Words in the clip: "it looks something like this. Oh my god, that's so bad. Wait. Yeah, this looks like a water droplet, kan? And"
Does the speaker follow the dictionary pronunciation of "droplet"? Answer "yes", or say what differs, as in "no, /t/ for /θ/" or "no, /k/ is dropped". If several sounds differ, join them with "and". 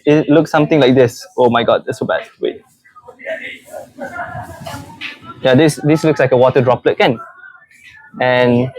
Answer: yes